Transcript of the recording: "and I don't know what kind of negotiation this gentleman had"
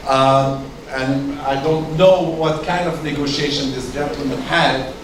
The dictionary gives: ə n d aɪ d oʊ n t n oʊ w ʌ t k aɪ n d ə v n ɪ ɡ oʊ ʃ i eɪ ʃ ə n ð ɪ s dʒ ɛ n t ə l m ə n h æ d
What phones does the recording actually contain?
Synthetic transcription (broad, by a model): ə n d aɪ d oʊ n t n oʊ w ʌ t k aɪ n d ə v n ɪ ɡ oʊ ʃ i eɪ ʃ ə n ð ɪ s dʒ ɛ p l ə m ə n h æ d